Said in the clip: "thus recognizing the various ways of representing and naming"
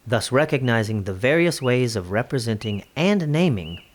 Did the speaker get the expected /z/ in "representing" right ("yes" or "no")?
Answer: yes